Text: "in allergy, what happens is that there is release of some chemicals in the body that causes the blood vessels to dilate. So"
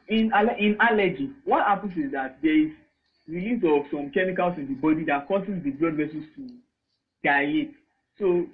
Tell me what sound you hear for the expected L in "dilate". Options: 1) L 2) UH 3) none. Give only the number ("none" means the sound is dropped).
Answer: 3